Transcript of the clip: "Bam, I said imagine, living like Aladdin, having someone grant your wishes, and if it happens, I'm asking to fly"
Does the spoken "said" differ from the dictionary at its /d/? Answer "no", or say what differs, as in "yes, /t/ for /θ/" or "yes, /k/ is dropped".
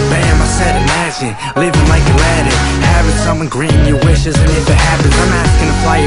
no